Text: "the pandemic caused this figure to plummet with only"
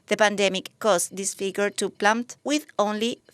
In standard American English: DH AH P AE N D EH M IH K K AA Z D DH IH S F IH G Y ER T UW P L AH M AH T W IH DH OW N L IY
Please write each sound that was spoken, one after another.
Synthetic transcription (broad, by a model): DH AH P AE N D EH M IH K K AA S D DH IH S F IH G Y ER T UW P L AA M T W IH DH OW N L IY